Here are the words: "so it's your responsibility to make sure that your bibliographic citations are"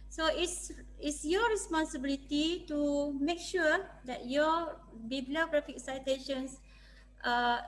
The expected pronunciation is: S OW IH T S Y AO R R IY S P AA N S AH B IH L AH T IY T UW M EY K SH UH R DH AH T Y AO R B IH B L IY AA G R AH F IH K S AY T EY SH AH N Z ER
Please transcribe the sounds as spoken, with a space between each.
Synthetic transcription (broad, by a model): S OW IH S S Y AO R R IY S P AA N S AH B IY L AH T IY T UW M EY K SH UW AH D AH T Y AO B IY B L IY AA G R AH F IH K S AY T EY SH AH N S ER